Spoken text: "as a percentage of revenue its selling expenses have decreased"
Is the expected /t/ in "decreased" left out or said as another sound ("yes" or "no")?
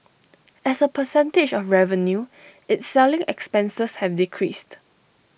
no